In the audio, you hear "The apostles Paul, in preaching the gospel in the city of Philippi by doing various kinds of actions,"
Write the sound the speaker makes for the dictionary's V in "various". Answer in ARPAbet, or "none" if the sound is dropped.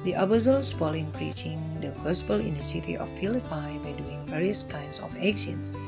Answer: V